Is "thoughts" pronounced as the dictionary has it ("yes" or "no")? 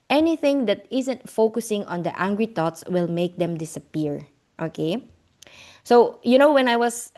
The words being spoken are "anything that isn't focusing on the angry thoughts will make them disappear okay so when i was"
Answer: no